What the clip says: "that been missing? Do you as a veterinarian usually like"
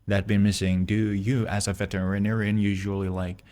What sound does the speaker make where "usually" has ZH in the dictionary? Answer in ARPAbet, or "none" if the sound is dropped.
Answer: ZH